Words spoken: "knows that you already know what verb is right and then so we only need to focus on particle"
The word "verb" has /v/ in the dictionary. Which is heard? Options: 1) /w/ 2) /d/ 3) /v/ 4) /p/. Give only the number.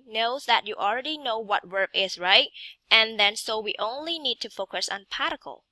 1